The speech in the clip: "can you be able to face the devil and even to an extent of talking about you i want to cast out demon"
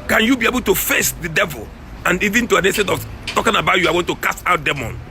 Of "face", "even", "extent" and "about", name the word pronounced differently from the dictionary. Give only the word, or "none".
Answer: extent